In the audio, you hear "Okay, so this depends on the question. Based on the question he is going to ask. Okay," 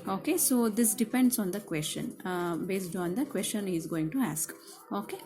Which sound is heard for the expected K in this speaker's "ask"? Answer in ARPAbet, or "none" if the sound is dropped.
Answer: K